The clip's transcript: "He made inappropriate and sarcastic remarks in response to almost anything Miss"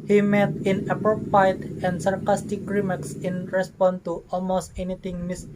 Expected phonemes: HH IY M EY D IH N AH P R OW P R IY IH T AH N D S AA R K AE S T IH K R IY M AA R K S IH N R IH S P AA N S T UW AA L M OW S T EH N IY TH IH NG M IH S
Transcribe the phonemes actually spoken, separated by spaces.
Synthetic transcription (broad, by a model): HH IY M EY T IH N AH P R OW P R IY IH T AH N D S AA R K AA S T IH K R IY M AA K S IH N R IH S P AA N T UW AA L M OW S T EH N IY T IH NG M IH S